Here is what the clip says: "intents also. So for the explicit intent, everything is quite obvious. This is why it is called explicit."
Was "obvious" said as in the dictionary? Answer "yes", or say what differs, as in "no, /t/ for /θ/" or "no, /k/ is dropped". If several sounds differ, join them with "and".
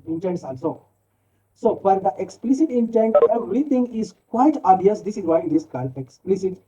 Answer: no, /v/ is dropped